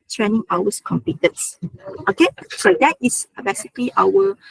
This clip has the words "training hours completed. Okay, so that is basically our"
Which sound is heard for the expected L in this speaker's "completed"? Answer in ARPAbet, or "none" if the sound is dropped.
none